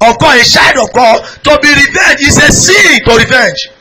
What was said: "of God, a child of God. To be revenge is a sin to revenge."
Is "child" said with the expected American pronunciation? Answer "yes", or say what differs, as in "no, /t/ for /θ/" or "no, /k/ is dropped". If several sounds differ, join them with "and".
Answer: no, /ʃ/ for /tʃ/ and /l/ is dropped